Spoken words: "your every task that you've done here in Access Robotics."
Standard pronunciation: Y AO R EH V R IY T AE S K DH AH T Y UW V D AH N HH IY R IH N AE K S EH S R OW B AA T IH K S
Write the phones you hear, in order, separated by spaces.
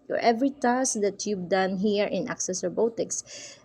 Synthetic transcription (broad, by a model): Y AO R EH V R IY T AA S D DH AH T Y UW B D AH N HH IY R IH N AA K S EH S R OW B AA T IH K S